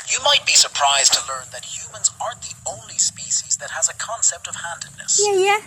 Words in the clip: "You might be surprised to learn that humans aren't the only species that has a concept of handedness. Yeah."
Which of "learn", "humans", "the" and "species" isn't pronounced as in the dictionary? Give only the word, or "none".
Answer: none